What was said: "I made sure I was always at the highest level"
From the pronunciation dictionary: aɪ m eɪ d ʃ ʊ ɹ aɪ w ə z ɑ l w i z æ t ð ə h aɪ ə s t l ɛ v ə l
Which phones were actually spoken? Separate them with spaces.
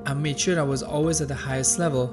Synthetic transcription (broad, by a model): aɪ m eɪ d ʃ ʊ ɹ aɪ w ə z ɑ l w i z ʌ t ð ə h aɪ ə s t l ɛ v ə l